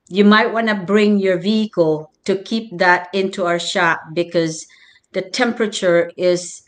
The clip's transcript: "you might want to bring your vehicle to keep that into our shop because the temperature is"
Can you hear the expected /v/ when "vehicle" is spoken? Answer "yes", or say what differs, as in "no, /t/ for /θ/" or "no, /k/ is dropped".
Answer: yes